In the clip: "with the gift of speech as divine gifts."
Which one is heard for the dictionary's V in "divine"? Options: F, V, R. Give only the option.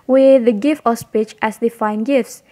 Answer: F